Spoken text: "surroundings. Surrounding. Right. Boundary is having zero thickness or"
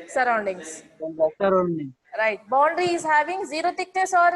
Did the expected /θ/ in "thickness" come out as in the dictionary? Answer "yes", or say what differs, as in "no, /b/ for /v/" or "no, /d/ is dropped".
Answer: no, /t/ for /θ/